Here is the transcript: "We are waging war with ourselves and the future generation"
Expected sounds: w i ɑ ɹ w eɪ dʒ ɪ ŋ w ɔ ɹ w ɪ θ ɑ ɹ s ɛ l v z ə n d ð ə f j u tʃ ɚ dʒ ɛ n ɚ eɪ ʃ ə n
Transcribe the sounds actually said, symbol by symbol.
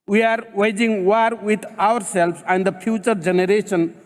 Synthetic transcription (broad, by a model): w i ɑ ɹ w eɪ dʒ ɪ ŋ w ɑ ɹ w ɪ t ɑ ɹ s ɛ l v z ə n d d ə p j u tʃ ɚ dʒ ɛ n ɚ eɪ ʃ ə n